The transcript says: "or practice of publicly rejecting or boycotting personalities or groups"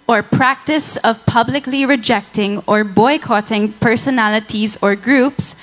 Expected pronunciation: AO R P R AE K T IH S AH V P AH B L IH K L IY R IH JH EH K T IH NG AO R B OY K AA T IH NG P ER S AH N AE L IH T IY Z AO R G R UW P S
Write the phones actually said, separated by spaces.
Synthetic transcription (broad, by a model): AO R P R AE K T IH S AH V P AH B L IH K L IY R IH JH EH K T IH NG AO R B OY K AA T IH NG P ER S AH N AE L IH T IY Z AO R G R UW P S